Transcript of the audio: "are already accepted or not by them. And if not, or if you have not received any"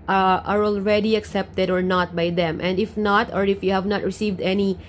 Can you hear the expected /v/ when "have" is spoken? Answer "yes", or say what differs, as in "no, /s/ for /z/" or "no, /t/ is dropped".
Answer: yes